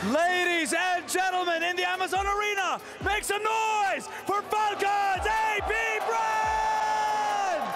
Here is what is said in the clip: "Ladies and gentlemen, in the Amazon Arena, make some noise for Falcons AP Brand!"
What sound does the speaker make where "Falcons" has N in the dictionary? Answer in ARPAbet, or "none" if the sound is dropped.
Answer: none